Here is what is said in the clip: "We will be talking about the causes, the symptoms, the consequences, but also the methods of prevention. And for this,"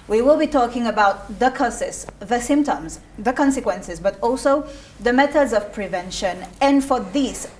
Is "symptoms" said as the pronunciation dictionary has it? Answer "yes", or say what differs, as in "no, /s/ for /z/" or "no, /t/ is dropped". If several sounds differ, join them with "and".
yes